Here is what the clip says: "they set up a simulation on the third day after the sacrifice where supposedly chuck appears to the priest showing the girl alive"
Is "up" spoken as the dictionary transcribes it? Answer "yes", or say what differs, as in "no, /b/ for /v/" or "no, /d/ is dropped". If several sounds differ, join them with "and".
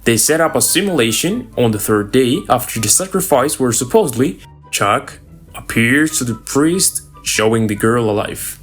yes